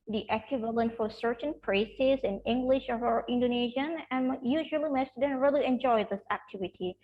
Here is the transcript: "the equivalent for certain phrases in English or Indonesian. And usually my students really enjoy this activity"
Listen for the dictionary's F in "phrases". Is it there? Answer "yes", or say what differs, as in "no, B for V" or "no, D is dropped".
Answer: no, P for F